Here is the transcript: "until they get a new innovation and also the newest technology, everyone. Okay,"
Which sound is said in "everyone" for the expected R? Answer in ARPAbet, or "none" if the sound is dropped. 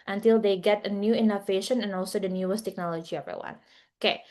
none